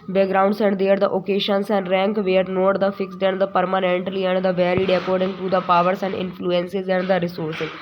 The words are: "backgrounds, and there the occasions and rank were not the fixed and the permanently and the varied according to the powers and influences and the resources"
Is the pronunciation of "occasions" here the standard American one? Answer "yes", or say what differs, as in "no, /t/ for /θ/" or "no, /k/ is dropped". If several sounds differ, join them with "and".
no, /ʃ/ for /ʒ/ and /s/ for /z/